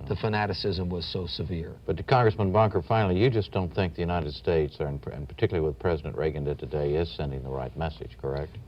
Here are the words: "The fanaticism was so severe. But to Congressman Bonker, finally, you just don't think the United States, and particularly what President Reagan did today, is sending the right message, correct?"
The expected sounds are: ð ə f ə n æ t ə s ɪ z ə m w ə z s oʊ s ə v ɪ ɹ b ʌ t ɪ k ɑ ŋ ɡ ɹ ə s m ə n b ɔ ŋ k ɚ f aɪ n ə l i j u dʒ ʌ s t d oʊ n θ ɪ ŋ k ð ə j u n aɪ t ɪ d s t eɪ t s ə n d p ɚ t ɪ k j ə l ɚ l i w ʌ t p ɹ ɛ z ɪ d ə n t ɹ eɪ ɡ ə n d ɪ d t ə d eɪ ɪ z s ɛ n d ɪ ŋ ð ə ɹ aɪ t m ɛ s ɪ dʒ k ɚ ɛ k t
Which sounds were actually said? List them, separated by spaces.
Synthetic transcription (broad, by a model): ð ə f ə n æ t ə s ɪ z ə m w ə z s oʊ s ə v ɪ ɹ b ʌ t ɪ k ɑ ŋ ɡ ɹ ə s m ə n b ɔ ŋ k ɚ f aɪ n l i j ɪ dʒ ʌ s d oʊ n θ ɪ ŋ k ð ə j u n aɪ t ɪ d s t eɪ t s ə n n p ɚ t ɪ k j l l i w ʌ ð p ɹ ɛ z ɪ d ə n t ɹ eɪ ɡ ə n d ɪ t ə d eɪ ɪ z s ɛ n d ɪ ŋ ð ə ɹ aɪ t m ɛ s ɪ dʒ k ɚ ɛ k t